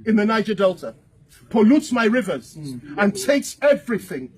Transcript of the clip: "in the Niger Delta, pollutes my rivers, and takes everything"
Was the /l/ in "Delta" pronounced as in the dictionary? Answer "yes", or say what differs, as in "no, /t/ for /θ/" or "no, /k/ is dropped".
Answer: yes